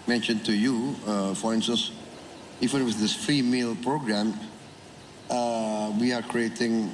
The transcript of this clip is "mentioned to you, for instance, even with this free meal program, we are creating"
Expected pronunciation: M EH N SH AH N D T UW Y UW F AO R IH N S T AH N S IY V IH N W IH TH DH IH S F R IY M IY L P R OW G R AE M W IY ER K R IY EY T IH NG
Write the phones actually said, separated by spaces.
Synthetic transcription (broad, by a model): M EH N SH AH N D T UW Y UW F AO R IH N S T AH N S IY F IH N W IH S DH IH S F R IY M IY L P R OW G R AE M W IY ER K R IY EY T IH NG